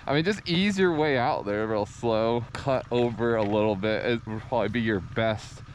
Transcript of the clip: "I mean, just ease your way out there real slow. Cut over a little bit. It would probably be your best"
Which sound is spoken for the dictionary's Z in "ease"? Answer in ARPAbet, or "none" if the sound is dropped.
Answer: Z